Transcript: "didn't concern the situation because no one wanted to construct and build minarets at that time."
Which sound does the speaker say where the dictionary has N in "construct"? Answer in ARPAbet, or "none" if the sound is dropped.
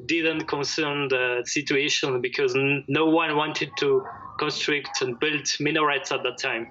N